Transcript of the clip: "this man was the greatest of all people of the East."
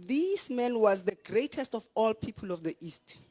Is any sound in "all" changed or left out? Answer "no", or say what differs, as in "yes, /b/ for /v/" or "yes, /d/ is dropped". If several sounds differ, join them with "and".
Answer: no